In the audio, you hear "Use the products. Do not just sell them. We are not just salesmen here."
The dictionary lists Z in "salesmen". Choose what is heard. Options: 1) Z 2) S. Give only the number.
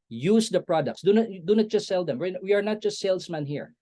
2